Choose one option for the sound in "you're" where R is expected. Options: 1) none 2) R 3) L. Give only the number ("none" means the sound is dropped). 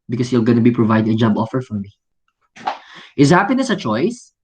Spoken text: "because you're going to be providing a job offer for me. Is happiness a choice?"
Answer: 3